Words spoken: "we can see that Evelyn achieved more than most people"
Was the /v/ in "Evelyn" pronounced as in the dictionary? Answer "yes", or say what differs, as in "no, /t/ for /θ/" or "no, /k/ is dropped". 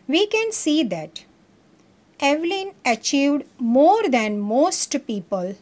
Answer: yes